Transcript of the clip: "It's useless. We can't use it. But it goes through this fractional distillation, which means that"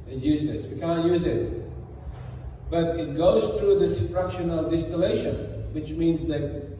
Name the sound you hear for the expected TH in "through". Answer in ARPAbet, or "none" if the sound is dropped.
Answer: TH